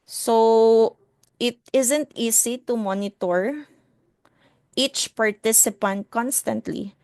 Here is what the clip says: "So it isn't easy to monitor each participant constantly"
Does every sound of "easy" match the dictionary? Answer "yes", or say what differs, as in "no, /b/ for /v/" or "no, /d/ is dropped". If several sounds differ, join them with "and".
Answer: no, /s/ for /z/